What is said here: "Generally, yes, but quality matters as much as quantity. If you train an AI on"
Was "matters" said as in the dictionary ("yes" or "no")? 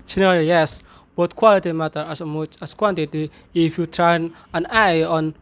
no